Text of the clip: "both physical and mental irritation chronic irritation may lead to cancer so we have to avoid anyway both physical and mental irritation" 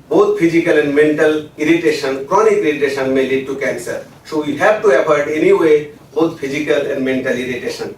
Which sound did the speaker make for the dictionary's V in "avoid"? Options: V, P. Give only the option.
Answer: P